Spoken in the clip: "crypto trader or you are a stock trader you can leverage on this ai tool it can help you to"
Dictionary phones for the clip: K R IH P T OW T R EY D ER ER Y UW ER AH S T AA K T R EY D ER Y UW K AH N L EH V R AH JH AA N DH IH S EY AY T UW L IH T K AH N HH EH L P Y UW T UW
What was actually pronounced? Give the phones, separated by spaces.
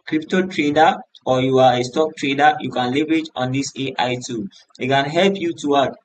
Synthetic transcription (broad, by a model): K R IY P T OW T R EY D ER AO Y UW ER AH S T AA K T R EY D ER Y UW K AH N L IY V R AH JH AA N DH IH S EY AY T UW N IH T K AH N HH EH L P Y UW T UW